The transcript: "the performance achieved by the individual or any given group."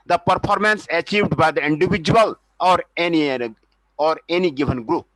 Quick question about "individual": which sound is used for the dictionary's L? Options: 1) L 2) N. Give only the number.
2